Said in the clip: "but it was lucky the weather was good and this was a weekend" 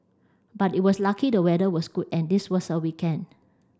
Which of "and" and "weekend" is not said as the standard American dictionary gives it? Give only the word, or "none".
weekend